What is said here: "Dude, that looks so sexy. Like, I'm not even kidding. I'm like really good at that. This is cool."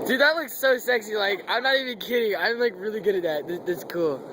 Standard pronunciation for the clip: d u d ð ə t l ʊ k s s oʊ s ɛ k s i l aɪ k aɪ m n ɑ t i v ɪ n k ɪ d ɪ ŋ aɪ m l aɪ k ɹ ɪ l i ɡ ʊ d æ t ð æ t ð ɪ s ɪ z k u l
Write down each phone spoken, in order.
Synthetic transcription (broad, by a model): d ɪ ð ə t l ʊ k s s oʊ s ɛ k s i l aɪ k aɪ m n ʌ t i v ɪ n k ɪ d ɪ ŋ aɪ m l aɪ k ɹ ɪ l i ɡ ʊ d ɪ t ð æ t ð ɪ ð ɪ s k u l